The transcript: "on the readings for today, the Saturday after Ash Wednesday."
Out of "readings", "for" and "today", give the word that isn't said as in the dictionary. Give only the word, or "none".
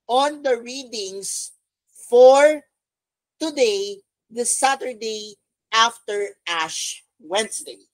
readings